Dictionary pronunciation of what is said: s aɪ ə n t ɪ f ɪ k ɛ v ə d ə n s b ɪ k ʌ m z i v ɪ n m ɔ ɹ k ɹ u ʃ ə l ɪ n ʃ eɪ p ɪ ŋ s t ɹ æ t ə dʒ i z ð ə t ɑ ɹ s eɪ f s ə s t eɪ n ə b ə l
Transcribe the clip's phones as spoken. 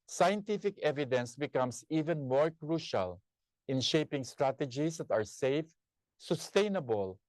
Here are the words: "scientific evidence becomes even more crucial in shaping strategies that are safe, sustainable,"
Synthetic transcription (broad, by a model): s aɪ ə n t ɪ f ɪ k ɛ v ə d ə n s b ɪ k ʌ m s i v ɪ n m ɔ ɹ k ɹ u ʃ ə l ɪ n ʃ eɪ p ɪ ŋ s t ɹ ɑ t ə dʒ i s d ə t ɑ ɹ s eɪ f s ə s t eɪ n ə b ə l